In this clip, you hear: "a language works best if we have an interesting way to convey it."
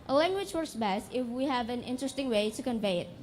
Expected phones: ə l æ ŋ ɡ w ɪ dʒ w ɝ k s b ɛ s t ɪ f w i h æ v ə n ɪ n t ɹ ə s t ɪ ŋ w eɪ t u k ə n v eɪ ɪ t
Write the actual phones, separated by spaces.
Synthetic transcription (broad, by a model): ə l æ ŋ ɡ w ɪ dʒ w ɝ k s b ɛ s t ɪ f w i h æ v ə n ɪ n t ɹ ə s t ɪ ŋ w eɪ t u k ə n v eɪ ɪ t